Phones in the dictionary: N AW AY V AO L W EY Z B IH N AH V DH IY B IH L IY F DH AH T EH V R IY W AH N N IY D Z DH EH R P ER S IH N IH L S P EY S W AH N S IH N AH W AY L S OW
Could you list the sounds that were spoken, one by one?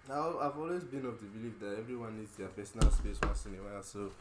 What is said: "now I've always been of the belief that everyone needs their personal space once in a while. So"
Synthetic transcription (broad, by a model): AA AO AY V AO L W EY Z B IH N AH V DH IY B IH L IY F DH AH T EH V R IY W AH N N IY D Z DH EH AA P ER S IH N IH L S P EY S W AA S IH N AH W AY L S OW